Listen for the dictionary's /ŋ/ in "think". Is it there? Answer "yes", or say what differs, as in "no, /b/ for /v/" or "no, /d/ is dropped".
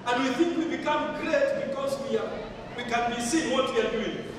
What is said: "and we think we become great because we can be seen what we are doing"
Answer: yes